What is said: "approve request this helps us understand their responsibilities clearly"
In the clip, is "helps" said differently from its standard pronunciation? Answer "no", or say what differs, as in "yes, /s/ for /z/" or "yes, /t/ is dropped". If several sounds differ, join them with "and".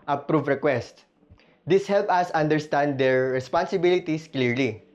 yes, /s/ is dropped